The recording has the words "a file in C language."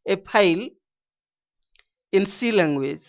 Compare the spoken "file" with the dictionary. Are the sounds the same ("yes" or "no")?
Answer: no